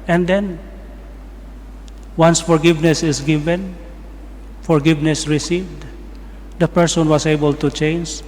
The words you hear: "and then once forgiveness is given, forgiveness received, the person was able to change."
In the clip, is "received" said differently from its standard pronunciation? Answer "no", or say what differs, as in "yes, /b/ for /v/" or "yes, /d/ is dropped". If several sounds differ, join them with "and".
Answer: no